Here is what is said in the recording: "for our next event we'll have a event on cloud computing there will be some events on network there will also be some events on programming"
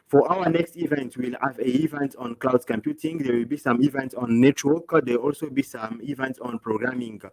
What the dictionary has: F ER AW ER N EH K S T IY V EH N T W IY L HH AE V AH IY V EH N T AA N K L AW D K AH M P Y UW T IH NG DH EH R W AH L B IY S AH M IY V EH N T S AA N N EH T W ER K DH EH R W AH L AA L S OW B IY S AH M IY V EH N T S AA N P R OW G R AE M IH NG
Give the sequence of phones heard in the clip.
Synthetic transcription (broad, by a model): F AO AW ER N EH K S T IY V EH N T W IY L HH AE V AH IY V EH N T AA N K L AW D K AH M P Y UW T IH NG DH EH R W AH L B IY S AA M IY V EH N T S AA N N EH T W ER K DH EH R AA L S OW B IY S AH M IY V EH N T S AA N P R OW G R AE M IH NG